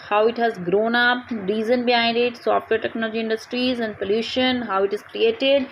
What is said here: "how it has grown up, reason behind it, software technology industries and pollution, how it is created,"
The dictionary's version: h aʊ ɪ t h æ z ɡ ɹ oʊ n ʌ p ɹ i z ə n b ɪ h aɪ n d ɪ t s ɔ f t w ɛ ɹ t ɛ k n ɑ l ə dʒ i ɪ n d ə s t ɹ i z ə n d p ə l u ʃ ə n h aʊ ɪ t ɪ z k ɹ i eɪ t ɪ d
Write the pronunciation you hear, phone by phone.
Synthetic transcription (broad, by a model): h aʊ ɪ t h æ z ɡ ɹ oʊ n ʌ p ɹ i z ə n b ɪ aɪ n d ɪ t s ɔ f t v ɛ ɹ t ɛ k n ɑ l ə dʒ i ɪ n d ə s t ɹ i z ə n d p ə l u ʃ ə n h aʊ ɪ t ɪ z k ɹ i eɪ t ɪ d